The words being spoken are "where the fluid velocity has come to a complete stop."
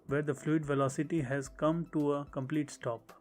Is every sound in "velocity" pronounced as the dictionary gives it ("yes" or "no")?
yes